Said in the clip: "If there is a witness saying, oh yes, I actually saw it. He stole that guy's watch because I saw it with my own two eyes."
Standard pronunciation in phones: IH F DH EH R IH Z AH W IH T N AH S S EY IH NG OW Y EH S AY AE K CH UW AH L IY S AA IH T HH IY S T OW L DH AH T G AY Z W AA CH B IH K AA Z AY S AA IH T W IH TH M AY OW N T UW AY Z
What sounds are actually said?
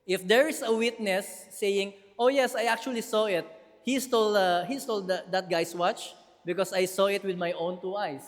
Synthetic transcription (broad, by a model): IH F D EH R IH S AH W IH T N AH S S EY IH NG OW Y EH S AY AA K CH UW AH L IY S AA IH T HH IY S T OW L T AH T G AY S W AA CH B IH K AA S AY S AA IH T W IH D M AY OW N T UW AY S